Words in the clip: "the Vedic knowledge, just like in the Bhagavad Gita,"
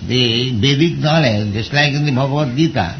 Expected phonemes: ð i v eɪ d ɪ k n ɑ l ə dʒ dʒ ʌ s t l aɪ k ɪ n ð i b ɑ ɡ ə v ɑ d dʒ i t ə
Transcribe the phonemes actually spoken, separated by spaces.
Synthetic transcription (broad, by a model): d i b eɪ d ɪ k n ɑ l ə dʒ dʒ ʌ s t l aɪ k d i b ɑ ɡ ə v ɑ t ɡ i t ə